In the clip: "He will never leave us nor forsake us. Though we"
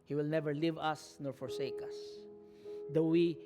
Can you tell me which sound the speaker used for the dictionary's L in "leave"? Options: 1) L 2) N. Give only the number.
1